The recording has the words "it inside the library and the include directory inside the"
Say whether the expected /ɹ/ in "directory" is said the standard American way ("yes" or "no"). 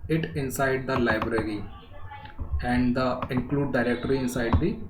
yes